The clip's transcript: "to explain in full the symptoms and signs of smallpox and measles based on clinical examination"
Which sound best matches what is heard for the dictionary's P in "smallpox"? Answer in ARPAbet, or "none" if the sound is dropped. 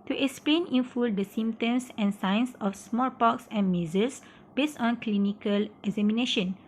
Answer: P